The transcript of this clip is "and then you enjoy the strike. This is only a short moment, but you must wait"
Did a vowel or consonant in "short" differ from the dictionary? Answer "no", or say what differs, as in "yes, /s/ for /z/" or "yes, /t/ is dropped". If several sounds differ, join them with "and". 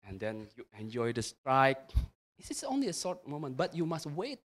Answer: yes, /s/ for /ʃ/